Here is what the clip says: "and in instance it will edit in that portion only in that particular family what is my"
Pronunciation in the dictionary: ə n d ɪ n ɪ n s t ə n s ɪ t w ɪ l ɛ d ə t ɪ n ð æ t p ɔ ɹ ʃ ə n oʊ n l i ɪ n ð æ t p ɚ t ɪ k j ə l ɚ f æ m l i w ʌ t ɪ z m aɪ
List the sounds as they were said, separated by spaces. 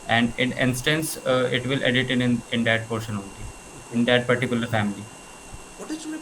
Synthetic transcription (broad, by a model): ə n d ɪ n ɪ n s t ə n s ɪ t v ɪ l ɛ d ə t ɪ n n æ t p ɔ ɹ ʃ ə n oʊ n l i ɪ n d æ t p ɚ t ɪ k j ə l ɚ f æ m i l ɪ